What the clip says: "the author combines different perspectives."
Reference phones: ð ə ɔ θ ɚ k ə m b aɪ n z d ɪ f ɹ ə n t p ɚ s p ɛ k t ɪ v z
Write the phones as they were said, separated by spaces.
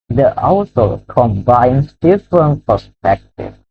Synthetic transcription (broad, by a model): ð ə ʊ s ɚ k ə m b aɪ n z d ɪ f ɹ ə n t p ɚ s p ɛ k t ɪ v